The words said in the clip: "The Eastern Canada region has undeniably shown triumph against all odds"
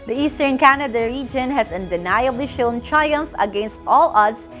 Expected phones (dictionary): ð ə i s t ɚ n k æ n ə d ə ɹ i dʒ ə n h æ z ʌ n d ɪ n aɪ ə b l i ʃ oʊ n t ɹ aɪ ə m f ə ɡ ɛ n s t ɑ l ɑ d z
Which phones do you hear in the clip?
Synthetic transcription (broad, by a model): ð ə i s t ɚ n k æ n ə d ə ɹ i dʒ ə n h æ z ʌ n d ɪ n aɪ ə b l i ʃ oʊ n t ɹ aɪ ə m f ə ɡ ɛ n s t ɑ l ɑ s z